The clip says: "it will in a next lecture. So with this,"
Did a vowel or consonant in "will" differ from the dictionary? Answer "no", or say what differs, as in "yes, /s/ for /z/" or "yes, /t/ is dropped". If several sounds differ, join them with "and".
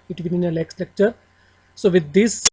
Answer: yes, /n/ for /l/